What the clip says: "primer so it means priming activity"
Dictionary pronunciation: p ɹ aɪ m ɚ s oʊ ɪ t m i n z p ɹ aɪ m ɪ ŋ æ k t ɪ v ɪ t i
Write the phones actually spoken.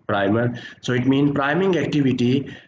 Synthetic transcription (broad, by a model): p ɹ aɪ m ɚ s oʊ ɪ t m i n p ɹ aɪ m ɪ ŋ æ k t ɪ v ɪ t i